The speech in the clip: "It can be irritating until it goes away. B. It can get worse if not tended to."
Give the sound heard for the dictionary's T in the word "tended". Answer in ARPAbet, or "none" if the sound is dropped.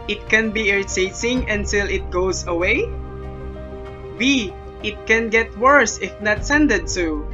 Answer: S